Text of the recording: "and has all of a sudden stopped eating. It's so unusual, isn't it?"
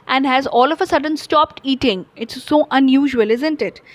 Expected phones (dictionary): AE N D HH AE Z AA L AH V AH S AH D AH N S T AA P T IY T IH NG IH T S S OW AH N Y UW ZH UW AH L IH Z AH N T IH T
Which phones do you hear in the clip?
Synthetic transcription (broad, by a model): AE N D HH AE Z AA L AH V AH S AH D AH N S T AA P T IY T IH NG IH T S S OW AH N Y UW ZH UW AH L IH Z AH N T IH T